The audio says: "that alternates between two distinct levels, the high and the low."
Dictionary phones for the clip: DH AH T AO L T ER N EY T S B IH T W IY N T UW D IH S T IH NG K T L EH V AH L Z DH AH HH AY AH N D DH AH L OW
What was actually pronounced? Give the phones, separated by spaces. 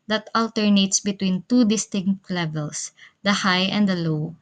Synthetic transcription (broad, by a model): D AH T AO L T ER N EY T S B IH T W IY N T UW D IH S T IH NG K T L EH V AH L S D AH HH AY AH N D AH L OW